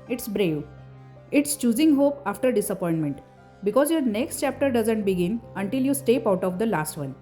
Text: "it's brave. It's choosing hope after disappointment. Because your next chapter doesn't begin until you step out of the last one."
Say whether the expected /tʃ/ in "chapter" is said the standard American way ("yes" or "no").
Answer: yes